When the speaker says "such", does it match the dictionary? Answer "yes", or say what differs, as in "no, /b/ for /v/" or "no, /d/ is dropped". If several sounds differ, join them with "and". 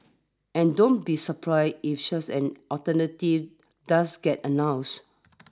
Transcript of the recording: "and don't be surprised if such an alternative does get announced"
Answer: no, /s/ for /tʃ/